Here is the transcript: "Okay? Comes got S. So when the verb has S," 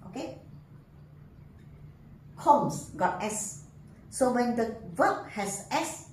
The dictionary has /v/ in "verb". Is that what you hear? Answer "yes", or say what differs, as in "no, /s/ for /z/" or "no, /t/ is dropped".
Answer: no, /w/ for /v/